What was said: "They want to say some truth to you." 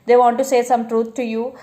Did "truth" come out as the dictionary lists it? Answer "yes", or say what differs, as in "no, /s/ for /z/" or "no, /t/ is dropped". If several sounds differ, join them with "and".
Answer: no, /t/ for /θ/